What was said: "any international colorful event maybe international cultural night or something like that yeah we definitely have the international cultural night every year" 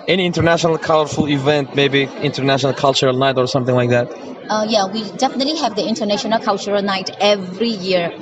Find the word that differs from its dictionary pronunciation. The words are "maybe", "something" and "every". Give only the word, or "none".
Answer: none